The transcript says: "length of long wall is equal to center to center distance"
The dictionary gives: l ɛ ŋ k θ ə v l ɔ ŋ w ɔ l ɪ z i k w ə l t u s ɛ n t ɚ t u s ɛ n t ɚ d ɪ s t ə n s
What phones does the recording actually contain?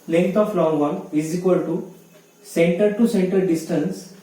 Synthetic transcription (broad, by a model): l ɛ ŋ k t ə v l ɔ ŋ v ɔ n ɪ z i k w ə l t u s ɛ n t ɚ t u s ɛ n t ɚ d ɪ s t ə n s